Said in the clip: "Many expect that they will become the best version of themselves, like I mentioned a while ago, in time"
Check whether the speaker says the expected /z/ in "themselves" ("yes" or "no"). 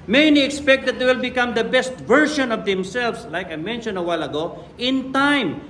no